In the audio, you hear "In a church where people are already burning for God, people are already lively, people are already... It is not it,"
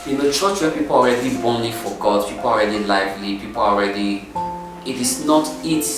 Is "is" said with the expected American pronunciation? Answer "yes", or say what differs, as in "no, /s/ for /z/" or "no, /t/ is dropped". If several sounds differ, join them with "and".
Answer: no, /s/ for /z/